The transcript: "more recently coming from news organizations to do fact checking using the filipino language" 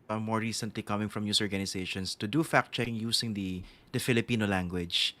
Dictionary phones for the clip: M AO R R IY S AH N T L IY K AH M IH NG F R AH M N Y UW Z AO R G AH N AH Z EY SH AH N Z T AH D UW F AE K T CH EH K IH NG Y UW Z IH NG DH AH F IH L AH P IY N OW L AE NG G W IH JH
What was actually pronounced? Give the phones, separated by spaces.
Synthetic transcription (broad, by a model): M AO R R IY S AH N T L IY K AH M IH NG F R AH M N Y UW S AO R G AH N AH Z EY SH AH N S T AH D UW F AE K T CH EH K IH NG Y UW S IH NG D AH F IH L AH P IY N OW L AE NG G W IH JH